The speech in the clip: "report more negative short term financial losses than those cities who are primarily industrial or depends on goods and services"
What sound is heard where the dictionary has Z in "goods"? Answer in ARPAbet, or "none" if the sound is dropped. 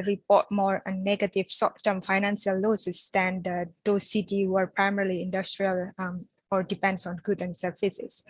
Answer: none